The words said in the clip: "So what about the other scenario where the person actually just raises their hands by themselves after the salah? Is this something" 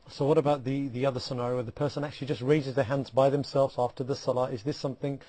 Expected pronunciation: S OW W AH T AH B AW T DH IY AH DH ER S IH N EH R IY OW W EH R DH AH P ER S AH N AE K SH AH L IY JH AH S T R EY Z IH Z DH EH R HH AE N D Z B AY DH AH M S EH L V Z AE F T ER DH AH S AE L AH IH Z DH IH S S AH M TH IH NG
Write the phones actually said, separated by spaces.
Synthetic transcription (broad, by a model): S OW W AH T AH B AW T DH IY AH DH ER S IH N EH R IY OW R DH AH P ER S AH N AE K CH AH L IY JH AH S T R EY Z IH Z DH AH R HH AE N D Z B AY DH AH M S EH L V Z AE F T ER DH AH S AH L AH IH Z DH IH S S AH M TH IH NG